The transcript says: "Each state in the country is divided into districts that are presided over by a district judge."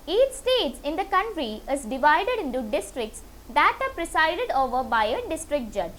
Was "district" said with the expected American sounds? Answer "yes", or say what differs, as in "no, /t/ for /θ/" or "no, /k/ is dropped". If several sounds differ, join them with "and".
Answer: yes